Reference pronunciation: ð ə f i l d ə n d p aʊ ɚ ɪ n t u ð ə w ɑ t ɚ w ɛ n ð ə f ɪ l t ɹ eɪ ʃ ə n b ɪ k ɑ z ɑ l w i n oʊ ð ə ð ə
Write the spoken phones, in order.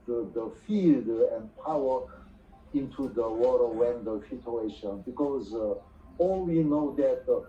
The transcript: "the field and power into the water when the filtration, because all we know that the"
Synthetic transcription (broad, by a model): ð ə f i l d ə n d p aʊ ɚ ɪ n t u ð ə w ɑ t ɚ w ɛ n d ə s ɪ t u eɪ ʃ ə n b ɪ k ɑ z ɑ l w i n oʊ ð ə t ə